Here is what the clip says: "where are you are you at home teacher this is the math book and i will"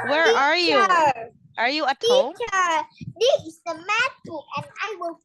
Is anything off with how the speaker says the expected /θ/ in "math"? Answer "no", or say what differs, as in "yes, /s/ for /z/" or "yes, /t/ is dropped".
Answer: yes, /t/ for /θ/